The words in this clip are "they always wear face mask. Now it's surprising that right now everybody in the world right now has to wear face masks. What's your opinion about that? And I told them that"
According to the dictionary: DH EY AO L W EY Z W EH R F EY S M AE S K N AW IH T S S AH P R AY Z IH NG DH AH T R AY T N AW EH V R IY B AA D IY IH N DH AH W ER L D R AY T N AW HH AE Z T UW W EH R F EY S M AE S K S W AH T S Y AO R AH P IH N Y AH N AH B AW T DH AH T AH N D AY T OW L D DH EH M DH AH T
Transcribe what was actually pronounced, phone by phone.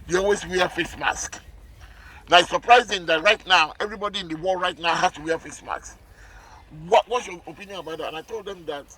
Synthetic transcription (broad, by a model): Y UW AO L W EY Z W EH F EY S M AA S K N AW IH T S S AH P R AY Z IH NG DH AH T R AY T N AW EH V R IY B AA D IY IH N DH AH W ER L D R AY T N AW HH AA S T UW W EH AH F EY S M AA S K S W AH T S Y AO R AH P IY N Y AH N AH B AW T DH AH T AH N AY T OW L D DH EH M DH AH T